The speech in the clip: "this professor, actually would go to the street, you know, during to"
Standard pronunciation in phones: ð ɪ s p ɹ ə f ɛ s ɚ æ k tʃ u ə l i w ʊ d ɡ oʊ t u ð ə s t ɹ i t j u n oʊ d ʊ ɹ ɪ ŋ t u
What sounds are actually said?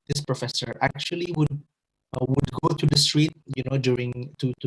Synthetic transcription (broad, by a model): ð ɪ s p ɹ ə f ɛ s ɚ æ k tʃ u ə w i w ʊ d ɡ oʊ t u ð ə s t ɹ i t j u n oʊ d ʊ ɹ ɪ ŋ t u